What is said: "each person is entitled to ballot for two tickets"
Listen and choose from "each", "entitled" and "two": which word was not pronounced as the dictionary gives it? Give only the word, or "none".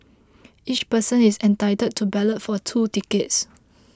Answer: entitled